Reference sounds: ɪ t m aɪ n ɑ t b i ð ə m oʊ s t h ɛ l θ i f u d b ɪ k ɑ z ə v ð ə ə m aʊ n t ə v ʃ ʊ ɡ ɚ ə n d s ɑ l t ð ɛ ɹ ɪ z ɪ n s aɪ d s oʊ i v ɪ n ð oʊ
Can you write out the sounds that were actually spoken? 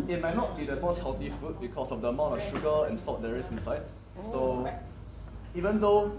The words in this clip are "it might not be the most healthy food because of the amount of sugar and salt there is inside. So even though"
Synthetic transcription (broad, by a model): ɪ t m aɪ n ɑ t b i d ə m oʊ s t h ɛ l t i f u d b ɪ k ɑ s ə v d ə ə m aʊ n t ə f ʃ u ɡ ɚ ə n s ɑ t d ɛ ɹ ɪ s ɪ n s aɪ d s oʊ i v ɪ n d oʊ